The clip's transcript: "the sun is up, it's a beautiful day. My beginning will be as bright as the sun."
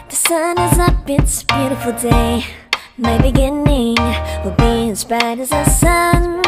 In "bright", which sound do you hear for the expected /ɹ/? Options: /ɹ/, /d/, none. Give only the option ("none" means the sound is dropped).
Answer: none